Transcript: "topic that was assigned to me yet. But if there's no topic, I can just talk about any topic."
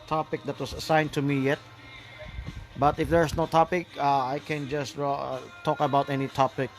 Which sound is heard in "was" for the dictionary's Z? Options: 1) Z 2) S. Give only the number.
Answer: 2